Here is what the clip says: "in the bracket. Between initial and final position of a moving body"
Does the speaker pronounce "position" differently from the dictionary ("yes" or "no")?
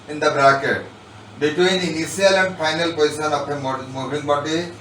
yes